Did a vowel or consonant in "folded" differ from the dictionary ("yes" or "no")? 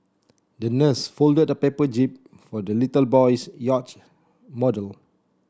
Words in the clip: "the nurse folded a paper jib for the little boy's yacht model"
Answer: no